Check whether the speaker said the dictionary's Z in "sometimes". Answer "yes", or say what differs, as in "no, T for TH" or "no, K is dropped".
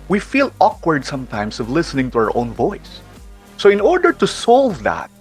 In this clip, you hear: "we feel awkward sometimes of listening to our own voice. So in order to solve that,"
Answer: no, S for Z